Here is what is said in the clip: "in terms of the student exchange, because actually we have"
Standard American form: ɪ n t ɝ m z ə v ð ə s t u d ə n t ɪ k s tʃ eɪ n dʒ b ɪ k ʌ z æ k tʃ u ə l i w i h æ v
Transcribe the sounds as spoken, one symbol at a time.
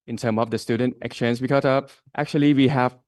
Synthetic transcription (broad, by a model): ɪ n t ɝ m ə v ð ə s t u d ə n t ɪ k s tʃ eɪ n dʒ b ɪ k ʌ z æ k tʃ u ə l i w i h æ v